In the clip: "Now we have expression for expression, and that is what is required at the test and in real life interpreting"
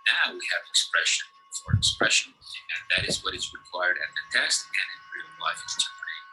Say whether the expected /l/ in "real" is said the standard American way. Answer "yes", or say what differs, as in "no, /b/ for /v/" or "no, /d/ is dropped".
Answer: no, /n/ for /l/